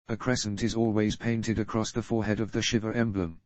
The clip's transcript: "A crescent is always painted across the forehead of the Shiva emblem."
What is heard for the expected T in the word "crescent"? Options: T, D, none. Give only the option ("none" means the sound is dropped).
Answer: T